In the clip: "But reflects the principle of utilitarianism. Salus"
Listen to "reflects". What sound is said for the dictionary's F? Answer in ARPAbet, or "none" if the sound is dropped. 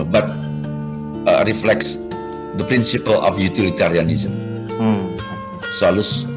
F